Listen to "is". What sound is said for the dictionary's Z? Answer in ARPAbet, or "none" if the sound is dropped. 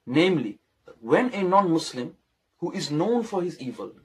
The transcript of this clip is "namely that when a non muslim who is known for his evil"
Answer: Z